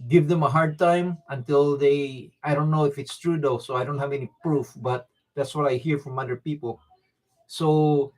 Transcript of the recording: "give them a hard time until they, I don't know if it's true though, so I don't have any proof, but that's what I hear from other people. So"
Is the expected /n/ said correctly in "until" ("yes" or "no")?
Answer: yes